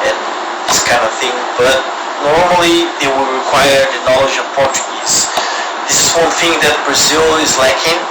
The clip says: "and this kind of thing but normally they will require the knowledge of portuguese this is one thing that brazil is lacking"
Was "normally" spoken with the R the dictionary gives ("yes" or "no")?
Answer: yes